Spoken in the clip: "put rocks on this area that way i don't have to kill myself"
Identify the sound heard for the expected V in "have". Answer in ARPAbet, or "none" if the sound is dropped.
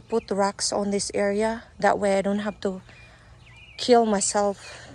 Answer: F